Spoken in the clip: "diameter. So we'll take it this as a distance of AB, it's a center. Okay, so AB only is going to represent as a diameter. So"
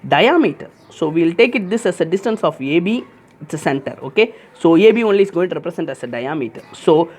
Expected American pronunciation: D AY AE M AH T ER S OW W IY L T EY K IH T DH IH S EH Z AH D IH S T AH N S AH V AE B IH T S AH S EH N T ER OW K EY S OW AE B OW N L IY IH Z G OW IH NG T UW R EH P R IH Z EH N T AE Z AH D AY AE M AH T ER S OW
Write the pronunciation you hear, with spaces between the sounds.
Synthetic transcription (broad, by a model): D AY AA M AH T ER S OW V IY L T EY K IH T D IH S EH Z AH D IH S T AH N S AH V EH B IH T S AH S EH N T ER OW K EY S OW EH B OW N L IY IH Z G OW IH NG T UW R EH P R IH S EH N T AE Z AH D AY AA M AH T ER S OW